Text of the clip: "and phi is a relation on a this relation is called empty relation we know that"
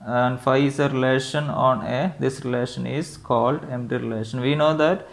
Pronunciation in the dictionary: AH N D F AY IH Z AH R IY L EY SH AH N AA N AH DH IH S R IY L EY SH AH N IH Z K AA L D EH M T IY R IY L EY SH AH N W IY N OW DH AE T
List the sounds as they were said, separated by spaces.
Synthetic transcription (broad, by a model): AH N D F AY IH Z AH R IY L EY SH AH N AA N AH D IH S R IY L EY SH AH N IH Z K AA L D EH M T IY R IY L EY SH AH N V IY N OW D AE T